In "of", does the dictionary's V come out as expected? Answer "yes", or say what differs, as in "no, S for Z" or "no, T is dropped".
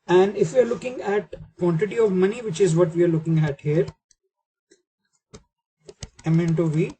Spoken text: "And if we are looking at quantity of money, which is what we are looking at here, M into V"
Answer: yes